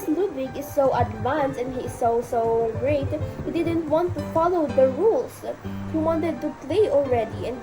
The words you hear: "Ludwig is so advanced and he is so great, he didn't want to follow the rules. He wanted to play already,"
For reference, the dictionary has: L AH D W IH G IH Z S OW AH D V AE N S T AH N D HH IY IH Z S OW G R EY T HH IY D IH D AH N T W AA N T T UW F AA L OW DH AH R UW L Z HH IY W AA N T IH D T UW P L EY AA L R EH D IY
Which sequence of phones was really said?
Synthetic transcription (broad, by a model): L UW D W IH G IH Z S OW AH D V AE N S AH N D HH IY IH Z S OW G R EY T HH IY D IH D AH N T W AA N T T UW F AA L OW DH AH R UW L S HH IY W AA N T IH D T UW P L EY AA L R EH D IY